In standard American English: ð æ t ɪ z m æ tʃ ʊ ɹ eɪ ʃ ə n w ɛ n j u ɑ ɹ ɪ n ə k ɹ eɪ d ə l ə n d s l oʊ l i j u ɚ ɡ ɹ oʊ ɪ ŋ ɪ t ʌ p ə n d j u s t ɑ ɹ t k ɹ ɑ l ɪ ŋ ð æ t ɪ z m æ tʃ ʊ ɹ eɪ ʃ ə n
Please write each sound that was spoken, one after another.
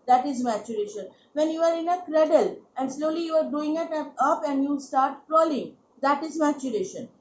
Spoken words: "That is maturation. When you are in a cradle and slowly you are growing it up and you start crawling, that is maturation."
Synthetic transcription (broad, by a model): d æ t ɪ z m æ tʃ ʊ ɹ eɪ ʃ ə n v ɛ n j u ɑ ɹ ɪ n ə k ɹ eɪ d ə l ə n d s l oʊ l i j u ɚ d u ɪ ŋ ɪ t ʌ p ə n d j u s t ɑ ɹ t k ɹ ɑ l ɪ ŋ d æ t ɪ z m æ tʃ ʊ ɹ eɪ ʃ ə n